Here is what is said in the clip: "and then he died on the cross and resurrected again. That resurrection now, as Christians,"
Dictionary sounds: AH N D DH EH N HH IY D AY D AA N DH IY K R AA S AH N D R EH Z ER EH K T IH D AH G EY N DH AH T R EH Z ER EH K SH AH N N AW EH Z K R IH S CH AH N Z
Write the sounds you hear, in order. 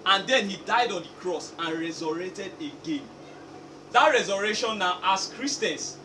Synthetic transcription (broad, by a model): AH N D EH N HH IY D AY D AA N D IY K R AA S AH N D R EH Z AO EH T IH D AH G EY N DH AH T R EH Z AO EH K SH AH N N AW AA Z K R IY S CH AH N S